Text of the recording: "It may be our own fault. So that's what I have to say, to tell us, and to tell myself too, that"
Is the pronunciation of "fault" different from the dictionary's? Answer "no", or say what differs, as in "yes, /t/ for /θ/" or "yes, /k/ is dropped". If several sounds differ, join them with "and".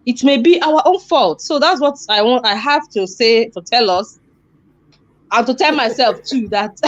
no